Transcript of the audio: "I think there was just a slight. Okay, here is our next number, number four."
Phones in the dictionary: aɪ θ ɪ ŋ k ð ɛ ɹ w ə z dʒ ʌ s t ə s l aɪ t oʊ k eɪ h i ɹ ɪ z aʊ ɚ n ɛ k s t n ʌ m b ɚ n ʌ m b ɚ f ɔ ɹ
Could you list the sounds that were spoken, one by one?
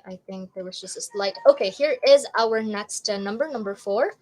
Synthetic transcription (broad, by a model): aɪ θ ɪ ŋ k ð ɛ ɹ w ə z dʒ ʌ s t ə s l aɪ t oʊ k eɪ h i ɹ ɪ z aʊ ɚ n ɛ k s t n ʌ m b ɚ n ʌ m b ɚ f ɔ ɹ